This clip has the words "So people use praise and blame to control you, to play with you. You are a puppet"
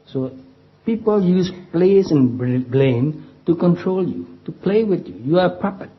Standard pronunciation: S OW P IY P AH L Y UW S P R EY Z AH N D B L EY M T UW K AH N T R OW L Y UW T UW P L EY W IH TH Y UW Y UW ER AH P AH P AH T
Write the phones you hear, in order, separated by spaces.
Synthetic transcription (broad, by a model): S OW P IY P AH L Y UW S P L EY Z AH N B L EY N T UW K AH N T R OW L Y UW T UW P L EY W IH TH Y UW Y UW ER AH P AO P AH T